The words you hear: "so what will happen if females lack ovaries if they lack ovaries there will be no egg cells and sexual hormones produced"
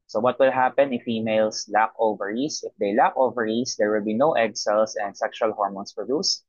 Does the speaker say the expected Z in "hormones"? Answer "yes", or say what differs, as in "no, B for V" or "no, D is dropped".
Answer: no, S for Z